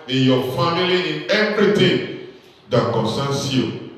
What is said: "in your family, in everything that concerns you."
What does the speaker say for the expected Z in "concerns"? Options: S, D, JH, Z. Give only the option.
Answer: S